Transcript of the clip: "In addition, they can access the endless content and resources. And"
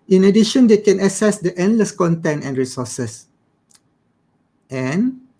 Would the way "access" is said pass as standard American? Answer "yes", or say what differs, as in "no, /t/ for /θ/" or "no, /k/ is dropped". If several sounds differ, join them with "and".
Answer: no, /k/ is dropped